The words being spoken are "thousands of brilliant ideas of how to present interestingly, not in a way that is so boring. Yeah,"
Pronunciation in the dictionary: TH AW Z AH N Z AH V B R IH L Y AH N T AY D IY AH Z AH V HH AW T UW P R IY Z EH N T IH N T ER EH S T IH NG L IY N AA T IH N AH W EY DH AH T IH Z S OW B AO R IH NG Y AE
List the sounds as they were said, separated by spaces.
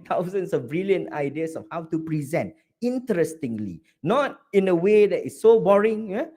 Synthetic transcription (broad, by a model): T AW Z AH N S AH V B R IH L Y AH N AY D IY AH S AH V HH AW T UW P R IY Z EH N T IH N T ER EH S T IH NG L IY N AA T IH N AH W EY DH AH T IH S OW B AO R IH NG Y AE